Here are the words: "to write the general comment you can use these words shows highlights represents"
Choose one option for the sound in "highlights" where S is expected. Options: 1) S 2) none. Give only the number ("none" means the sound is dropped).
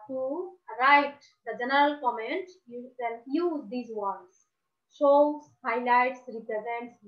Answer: 1